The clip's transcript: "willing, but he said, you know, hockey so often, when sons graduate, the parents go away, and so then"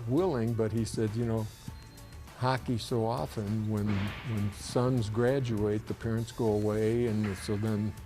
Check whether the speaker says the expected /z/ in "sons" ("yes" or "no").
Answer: yes